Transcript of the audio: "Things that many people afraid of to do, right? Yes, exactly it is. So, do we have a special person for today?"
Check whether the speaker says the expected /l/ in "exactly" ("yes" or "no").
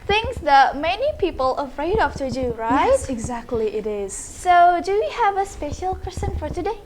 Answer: yes